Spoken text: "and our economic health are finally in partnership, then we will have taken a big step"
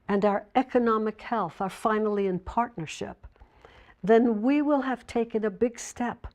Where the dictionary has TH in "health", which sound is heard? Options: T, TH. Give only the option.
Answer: TH